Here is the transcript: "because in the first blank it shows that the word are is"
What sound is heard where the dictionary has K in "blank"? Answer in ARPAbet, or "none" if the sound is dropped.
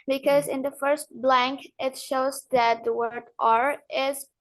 K